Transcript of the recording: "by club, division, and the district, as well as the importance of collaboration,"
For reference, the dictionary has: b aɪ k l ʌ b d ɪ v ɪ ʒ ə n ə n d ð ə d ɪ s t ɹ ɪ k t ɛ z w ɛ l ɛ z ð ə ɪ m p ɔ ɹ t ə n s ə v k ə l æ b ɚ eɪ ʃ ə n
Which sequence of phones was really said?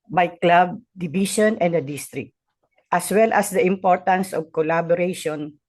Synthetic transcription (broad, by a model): b aɪ k l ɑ b d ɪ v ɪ ʃ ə n ə n d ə d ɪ s t ɹ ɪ k t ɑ s w ɛ l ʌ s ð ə ɪ m p ɔ ɹ t ə n s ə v k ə l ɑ b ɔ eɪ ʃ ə n